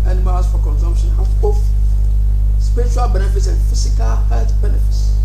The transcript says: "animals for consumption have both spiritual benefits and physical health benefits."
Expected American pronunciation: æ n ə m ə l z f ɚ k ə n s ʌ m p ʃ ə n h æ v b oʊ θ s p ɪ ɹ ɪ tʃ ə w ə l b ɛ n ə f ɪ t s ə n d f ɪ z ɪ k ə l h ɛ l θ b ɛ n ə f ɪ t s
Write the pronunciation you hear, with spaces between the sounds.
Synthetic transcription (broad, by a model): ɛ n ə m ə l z f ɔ k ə n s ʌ m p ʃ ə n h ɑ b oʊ f s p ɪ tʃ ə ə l b ɛ n ə f ɪ t s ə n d f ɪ s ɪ k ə l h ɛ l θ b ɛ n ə f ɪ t s